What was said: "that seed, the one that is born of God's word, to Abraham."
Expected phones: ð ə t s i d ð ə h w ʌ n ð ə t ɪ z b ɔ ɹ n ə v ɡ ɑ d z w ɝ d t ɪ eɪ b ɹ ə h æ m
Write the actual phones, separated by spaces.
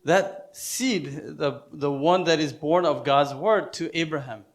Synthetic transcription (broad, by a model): ð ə t s i d ð ə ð w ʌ n ð ə t ɪ z b ɔ ɹ n ə v ɡ ɑ d z w ɝ d t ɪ eɪ b ɹ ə h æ m